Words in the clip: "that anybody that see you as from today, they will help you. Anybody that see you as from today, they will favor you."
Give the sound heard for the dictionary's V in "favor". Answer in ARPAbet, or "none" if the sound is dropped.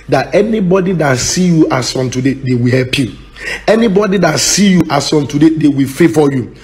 F